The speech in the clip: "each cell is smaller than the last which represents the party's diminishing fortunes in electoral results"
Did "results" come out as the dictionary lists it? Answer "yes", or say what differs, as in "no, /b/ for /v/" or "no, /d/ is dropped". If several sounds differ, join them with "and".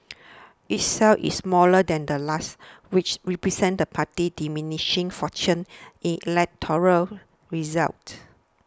no, /s/ is dropped